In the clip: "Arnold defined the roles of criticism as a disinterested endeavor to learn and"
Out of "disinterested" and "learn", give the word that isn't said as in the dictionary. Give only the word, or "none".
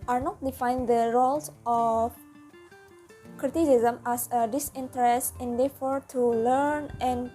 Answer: disinterested